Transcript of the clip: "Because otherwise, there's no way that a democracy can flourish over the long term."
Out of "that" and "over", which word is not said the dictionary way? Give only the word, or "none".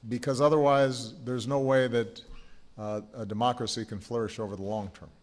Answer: none